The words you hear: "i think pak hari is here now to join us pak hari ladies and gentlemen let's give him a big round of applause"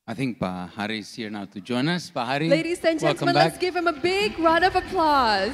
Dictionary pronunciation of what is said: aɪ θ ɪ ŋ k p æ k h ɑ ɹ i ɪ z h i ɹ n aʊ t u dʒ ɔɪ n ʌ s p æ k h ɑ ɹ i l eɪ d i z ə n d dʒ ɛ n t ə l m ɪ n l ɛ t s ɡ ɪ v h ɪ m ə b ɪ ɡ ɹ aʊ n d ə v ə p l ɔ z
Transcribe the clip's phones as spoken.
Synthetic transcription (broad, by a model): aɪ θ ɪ ŋ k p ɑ h ɑ ɹ i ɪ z h i ɹ n aʊ t u dʒ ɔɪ n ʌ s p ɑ h ɑ ɹ i l eɪ d i s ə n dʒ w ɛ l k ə m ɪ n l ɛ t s ɡ ɪ v h ɪ m ə b ɪ ɡ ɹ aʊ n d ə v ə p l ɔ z